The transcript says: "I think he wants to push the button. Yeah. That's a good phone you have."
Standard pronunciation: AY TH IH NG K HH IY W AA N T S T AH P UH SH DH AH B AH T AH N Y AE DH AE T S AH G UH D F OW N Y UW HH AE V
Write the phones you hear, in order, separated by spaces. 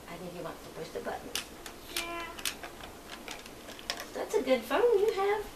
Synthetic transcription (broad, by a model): AY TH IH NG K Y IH W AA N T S T AH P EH S DH AH B AH T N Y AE DH AE T S AH G UH D F OW N Y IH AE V